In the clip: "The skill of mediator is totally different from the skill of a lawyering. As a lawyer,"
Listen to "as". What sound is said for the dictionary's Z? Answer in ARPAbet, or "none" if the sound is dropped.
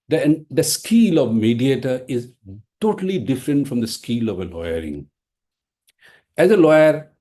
Z